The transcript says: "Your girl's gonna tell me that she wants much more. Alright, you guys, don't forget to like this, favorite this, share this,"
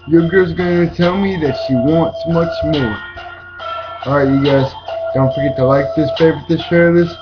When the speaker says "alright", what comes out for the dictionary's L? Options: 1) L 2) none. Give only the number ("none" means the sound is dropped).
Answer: 2